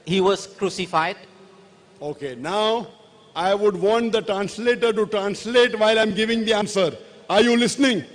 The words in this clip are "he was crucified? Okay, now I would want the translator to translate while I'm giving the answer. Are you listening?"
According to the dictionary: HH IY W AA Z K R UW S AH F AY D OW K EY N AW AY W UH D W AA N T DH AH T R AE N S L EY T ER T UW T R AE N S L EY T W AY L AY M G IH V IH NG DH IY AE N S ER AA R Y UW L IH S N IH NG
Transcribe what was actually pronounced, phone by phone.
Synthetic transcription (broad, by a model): HH IY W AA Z K R UW S AH F AY D OW K EY N AW AY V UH D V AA N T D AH T R AE N S L EY T ER T UW T R AE N S L EY T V AY L AY M G IH V IH NG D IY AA N S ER AA R Y UW L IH S N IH NG